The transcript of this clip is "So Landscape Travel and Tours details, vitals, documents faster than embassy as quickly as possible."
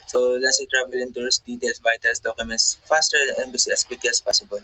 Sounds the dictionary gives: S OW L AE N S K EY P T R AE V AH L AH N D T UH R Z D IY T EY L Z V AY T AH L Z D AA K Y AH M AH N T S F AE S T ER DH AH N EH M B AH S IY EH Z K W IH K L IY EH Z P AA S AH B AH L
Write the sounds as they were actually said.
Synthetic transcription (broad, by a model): S OW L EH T S EY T R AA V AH L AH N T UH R S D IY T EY L S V AY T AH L S D AA K Y AH M AH N T S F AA S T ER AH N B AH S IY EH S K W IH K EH S P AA S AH B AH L